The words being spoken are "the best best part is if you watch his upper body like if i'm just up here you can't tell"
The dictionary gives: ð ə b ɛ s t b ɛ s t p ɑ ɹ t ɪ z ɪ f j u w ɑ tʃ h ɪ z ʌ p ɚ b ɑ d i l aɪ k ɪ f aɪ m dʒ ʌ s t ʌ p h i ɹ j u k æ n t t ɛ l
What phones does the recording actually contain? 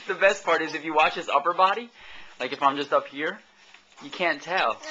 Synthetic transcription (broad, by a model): ð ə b b ɛ s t p ɑ ɹ t ɪ z ɪ f j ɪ w ɑ tʃ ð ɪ s ʌ p ɚ b ɑ d i l aɪ k ɪ f aɪ m dʒ ʌ s t ʌ p h i ɹ j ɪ k æ n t t ɛ l